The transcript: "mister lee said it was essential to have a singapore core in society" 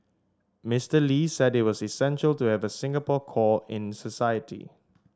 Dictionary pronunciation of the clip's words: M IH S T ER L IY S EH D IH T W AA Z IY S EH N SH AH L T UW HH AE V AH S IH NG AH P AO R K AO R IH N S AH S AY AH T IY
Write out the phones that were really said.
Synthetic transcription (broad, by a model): M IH S T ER L IY S EH D IH T W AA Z IY S EH N SH AH L T UW HH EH V AH S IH NG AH P AO K AO IH N S AH S AY AH T IY